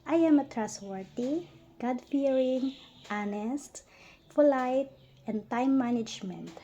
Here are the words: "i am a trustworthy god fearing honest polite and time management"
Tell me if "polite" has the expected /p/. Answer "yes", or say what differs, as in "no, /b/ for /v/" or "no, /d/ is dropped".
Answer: no, /f/ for /p/